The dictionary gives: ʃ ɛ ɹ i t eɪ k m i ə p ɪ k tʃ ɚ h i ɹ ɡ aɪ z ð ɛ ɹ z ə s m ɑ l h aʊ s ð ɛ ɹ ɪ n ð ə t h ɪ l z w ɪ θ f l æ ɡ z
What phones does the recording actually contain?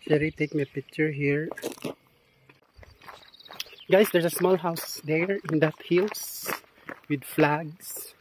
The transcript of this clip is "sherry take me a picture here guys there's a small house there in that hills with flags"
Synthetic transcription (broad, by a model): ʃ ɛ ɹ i t eɪ k m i p ɪ k tʃ ɚ h i ɹ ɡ aɪ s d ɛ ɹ s ə s m ɑ l h aʊ s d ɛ ɹ ɪ n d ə t h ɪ l s w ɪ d f l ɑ ɡ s